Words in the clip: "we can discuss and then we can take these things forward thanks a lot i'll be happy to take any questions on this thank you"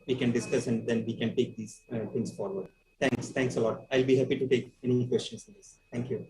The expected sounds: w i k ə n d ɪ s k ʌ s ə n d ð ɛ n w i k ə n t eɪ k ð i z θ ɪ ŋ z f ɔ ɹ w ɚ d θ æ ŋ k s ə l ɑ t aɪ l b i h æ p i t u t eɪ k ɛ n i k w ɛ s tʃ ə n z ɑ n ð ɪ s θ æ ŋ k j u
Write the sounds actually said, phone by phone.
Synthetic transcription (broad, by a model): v i k ə n d ɪ s k ʌ s ə n d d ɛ n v i k ə n t eɪ k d i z t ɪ ŋ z f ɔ ɹ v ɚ d t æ ŋ k s ə l ɑ t aɪ l b i h æ p i t u t eɪ k ɛ n i k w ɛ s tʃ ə n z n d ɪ s t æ ŋ k j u